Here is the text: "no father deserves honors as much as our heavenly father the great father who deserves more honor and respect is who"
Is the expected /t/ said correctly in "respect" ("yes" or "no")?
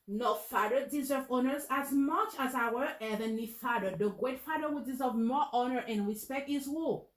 yes